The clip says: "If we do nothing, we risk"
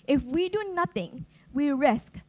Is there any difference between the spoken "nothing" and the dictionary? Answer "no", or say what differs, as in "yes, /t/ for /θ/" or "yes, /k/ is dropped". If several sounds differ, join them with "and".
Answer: yes, /t/ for /θ/